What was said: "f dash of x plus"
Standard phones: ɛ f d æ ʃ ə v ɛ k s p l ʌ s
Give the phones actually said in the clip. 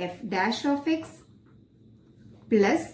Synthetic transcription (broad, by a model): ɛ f d æ ʃ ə f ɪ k s p l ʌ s